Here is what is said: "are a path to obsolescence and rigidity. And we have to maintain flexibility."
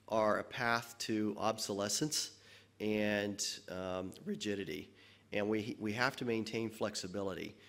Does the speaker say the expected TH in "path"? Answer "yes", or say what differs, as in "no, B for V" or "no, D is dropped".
yes